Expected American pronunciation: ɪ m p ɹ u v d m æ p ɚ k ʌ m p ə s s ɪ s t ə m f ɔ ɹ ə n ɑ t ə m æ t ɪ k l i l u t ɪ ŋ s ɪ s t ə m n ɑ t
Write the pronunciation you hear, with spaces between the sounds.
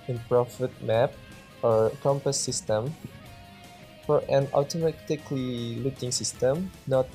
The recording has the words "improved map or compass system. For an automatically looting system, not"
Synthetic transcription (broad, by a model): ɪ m p ɹ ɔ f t m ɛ p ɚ k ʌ m p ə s s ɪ s t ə m f ɔ ɹ ə n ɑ t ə m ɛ t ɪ k l i l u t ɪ ŋ s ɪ s t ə m n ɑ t